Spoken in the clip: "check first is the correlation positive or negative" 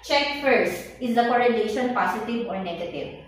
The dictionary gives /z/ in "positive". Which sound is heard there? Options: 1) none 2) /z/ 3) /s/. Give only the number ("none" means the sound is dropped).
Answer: 3